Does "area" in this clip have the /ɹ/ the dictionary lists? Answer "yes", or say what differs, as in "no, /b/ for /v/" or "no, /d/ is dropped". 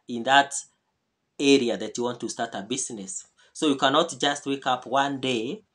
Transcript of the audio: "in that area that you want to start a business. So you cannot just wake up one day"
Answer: yes